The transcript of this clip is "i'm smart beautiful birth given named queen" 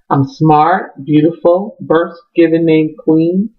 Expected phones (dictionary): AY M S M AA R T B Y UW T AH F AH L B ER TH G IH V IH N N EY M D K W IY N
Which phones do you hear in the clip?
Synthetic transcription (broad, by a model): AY M S M AA R T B Y UW T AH F L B ER S G IH V IH N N EY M K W IY N